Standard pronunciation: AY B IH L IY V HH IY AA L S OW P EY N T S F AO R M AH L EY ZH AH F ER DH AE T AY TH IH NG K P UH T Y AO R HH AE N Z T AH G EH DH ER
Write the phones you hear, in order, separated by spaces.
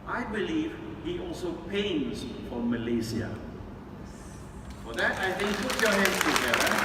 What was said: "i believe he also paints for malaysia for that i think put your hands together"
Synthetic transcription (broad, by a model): AY B IH L IY V HH IY AA L S OW P EY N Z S F AO R M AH L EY S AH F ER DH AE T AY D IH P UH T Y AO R HH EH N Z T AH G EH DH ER